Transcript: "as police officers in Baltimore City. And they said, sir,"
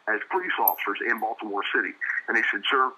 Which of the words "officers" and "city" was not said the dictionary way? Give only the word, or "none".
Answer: none